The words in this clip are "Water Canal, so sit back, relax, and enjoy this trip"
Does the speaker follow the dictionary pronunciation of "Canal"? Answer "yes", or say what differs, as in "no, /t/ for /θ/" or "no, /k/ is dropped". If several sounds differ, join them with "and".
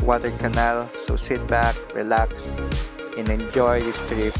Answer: yes